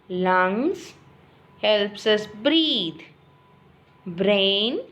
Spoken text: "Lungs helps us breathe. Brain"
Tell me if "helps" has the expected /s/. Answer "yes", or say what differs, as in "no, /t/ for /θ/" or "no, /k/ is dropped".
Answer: yes